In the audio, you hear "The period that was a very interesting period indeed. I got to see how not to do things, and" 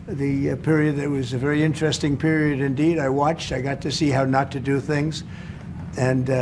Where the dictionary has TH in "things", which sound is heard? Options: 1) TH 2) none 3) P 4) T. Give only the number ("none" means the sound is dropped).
1